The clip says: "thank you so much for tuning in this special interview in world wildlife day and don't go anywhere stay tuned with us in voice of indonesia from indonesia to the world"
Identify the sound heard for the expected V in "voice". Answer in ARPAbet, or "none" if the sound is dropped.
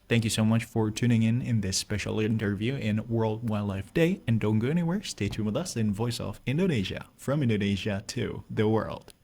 V